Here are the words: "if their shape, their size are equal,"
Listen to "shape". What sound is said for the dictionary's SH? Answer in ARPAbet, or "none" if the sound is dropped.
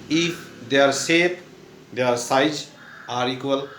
S